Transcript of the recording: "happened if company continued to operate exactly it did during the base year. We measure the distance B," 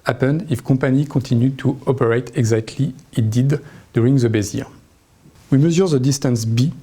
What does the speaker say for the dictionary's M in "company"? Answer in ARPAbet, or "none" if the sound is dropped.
none